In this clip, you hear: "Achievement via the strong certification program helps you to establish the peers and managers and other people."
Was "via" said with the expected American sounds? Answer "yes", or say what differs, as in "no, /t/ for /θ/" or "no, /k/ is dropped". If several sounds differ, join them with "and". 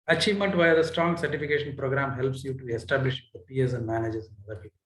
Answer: yes